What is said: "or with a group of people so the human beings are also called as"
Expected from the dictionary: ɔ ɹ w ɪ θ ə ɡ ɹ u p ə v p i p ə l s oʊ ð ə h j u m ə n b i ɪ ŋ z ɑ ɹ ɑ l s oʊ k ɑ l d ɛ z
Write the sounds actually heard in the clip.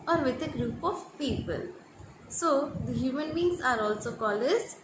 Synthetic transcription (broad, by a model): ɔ ɹ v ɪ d ə ɡ ɹ u p ə v p i p ə l s oʊ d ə h j u m ə n b i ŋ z ɑ ɹ ɑ l s oʊ k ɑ l ɛ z